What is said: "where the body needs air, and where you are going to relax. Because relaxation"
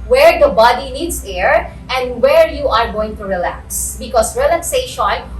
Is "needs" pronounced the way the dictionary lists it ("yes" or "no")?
no